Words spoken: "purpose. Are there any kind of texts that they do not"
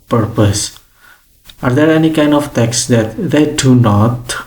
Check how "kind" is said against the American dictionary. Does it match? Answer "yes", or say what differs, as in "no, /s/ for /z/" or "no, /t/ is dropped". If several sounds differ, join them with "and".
yes